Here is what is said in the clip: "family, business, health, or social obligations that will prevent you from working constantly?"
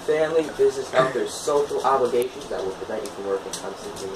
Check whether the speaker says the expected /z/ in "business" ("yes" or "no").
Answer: yes